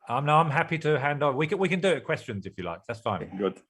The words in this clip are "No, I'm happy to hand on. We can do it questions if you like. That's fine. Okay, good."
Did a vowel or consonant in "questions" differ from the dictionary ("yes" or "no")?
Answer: no